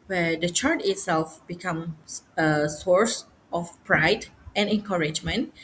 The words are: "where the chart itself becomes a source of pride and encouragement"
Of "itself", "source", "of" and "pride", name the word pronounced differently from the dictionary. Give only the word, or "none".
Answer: of